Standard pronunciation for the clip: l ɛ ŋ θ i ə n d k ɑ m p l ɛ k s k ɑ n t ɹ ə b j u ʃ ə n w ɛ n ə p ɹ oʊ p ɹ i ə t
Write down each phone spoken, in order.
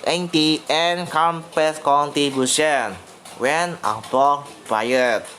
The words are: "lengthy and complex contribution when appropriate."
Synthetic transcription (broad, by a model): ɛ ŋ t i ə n k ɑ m p ɛ s k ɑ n t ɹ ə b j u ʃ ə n w ɛ n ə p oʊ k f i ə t